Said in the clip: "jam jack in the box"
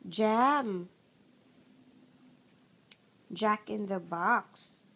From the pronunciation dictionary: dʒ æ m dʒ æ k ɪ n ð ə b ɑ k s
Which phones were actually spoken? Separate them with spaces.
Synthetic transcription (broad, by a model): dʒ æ m dʒ æ k ɪ n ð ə b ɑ k s